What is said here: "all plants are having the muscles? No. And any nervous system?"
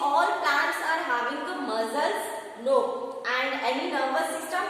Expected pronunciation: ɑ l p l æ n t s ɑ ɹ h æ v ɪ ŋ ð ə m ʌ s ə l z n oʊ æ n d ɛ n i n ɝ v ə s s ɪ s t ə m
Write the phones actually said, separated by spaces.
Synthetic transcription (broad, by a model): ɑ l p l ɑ t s ɑ ɹ h æ v ɪ ŋ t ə m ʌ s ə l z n oʊ æ n d ɛ n i n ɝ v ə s s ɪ s t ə m